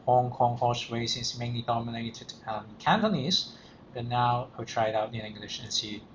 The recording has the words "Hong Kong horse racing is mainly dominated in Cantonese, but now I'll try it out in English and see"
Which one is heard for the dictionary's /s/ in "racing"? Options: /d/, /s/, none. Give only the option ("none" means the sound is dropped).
none